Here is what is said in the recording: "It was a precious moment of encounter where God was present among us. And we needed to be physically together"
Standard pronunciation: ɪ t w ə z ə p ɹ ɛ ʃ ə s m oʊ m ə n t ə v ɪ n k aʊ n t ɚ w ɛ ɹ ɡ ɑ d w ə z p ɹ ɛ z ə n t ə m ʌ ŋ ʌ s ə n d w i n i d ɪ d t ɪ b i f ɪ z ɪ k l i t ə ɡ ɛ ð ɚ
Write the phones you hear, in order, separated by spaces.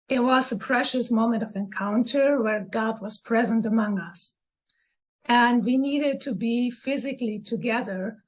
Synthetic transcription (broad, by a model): ɪ t w ə z ə p ɹ ɛ ʃ ə s m oʊ m ə n t ə v ɪ n k aʊ n t ɚ w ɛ ɹ ɡ ɑ d w ə z p ɹ ɛ z ə n t ə m ʌ ŋ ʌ s ə n d w i n i d ɪ d t ɪ b i f ɪ z ɪ k l i t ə ɡ ɛ ð ɚ